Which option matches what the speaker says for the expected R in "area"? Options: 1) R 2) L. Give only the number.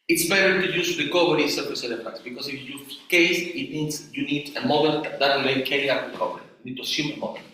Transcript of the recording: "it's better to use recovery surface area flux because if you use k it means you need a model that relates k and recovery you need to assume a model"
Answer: 2